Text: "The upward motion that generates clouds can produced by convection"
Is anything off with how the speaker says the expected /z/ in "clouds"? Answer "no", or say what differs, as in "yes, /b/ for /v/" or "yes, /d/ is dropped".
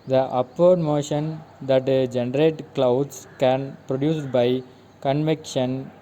yes, /s/ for /z/